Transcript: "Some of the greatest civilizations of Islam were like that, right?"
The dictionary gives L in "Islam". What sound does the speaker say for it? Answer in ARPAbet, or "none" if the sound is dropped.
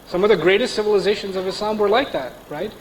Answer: none